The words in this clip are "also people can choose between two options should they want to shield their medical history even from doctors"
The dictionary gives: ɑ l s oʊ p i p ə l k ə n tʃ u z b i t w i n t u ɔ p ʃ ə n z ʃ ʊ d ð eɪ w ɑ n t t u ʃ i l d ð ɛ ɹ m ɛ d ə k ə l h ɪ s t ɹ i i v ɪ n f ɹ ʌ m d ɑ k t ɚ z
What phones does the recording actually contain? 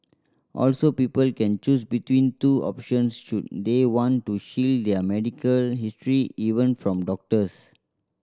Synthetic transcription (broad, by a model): ɑ l s oʊ p i p ə l k ə n tʃ u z b i t w i n t u ɔ p ʃ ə n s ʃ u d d eɪ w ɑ n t t u ʃ i l d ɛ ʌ m ɛ d ə k ə l h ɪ s t ɹ i i v ɪ n f ɹ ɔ m d ɑ k t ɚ s